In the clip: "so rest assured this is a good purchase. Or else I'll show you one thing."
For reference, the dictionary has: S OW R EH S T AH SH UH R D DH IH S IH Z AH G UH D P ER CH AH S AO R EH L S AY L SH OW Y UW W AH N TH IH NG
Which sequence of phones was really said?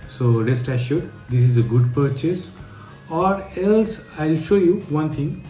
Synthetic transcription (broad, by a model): S OW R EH S T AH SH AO D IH S IH Z AH G UH D P ER CH AH S AO R EH L S AY L SH OW Y UW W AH N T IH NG